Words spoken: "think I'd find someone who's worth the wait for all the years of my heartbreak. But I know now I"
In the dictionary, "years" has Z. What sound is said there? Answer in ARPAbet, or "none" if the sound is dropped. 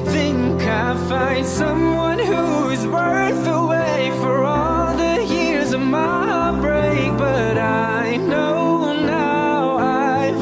Z